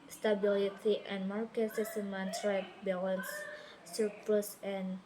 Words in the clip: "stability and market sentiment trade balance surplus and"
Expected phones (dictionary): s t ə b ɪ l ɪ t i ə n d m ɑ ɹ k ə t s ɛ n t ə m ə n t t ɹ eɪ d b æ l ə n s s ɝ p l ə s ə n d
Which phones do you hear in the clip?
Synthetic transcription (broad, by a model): s t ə b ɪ l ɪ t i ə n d m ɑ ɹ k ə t s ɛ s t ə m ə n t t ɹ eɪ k b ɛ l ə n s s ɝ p ə s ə n